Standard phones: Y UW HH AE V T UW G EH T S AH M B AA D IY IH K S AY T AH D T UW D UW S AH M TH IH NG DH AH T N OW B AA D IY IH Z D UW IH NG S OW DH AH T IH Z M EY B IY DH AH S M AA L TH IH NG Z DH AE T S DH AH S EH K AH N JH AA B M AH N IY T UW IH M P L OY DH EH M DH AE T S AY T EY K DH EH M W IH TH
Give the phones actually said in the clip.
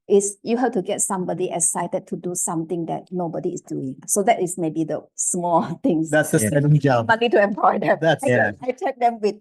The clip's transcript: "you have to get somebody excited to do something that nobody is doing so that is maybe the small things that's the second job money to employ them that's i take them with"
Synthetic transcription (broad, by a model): Y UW HH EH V T UW G EH T S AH M B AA D IY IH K S AY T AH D T UW D UW S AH M T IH NG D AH T N OW B AA D IY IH S D UW IH NG S OW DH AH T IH S M EY B IY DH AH S M AA L T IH NG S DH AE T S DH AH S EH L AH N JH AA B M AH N IY T UW IH M P L OY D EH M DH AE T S AY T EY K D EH M W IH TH